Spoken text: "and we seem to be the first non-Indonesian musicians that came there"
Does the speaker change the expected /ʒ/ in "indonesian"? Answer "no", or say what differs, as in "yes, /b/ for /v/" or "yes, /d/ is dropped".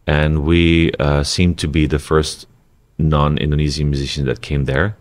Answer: yes, /z/ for /ʒ/